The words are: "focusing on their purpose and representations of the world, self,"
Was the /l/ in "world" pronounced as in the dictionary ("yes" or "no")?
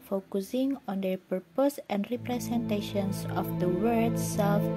no